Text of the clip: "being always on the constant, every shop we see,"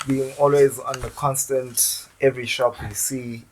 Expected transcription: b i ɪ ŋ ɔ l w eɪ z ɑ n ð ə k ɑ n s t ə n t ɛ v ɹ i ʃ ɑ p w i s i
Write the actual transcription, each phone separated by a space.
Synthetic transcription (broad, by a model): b i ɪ ŋ ɔ l w eɪ z ɑ n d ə k ɑ n s t ə n t ɛ v ɹ i ʃ ɑ p w i s i